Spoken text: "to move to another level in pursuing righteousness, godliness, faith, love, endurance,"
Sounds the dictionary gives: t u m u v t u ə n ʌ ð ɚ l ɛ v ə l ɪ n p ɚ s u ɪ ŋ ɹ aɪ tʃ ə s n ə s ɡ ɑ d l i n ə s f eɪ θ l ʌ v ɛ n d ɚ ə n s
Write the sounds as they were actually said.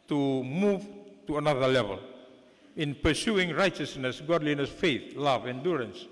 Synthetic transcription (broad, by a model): t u m u v t u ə n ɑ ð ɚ l ɛ v ə l ɪ n p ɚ s u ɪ ŋ ɹ aɪ tʃ ə s n ə s ɡ ɑ d l i n ə s f eɪ θ l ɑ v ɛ n d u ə n s